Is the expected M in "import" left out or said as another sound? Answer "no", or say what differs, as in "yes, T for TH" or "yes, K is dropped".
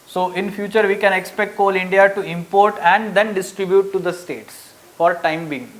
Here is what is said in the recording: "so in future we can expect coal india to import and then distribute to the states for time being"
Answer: no